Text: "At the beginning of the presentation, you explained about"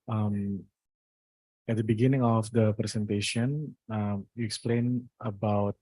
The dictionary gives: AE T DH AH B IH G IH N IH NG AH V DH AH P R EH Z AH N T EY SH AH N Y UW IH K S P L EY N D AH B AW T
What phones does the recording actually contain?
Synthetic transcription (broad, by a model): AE T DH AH B IH G IH N IH NG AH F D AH P R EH S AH N T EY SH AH N Y UW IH K S P L EY N AH B AW T